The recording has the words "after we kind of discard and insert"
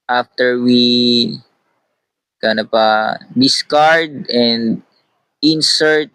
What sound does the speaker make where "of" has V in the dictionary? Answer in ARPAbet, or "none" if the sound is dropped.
P